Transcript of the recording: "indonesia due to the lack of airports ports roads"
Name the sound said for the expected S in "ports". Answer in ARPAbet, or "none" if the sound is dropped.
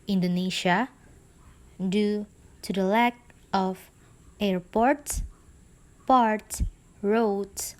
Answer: none